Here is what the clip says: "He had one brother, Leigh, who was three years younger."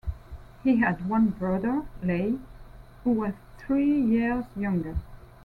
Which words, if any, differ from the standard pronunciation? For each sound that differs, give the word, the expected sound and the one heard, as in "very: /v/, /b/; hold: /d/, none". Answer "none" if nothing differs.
none